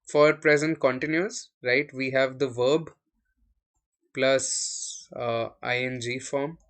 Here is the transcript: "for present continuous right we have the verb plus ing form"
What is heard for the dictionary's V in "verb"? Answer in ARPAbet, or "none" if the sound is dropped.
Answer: V